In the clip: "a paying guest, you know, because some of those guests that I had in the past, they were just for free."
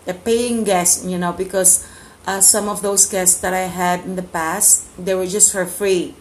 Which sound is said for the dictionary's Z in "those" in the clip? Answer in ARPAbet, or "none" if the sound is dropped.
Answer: S